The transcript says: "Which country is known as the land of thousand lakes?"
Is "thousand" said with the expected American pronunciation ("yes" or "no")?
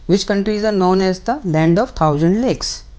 no